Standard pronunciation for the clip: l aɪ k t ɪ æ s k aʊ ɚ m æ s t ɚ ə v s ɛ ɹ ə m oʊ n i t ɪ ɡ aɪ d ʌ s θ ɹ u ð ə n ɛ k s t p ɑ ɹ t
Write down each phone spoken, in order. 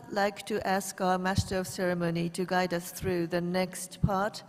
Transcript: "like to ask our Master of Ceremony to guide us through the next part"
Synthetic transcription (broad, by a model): l aɪ k t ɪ æ s k aʊ ɚ m æ s t ɚ ə v s ɛ ɹ ə m oʊ n i t ɪ ɡ aɪ d ʌ s θ ɹ u ð ə n ɛ k s t p ɑ ɹ t